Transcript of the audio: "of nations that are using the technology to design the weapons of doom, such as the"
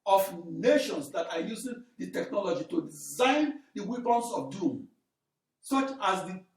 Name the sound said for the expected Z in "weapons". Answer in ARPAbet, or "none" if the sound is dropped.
S